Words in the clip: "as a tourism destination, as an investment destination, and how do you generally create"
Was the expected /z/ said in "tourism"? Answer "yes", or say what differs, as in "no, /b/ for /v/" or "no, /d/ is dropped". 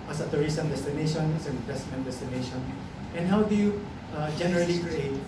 no, /s/ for /z/